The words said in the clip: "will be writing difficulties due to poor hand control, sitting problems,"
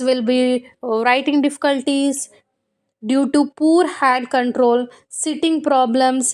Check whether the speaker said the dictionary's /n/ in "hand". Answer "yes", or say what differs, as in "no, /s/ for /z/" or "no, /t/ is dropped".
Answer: no, /n/ is dropped